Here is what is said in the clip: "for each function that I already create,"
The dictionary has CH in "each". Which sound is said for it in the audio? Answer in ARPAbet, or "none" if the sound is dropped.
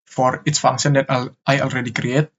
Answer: S